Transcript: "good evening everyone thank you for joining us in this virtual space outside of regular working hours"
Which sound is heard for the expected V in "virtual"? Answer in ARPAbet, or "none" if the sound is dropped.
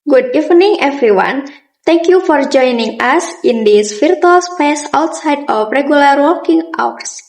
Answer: F